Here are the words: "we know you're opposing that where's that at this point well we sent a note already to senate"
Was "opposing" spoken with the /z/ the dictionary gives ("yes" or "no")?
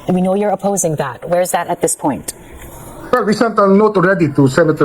yes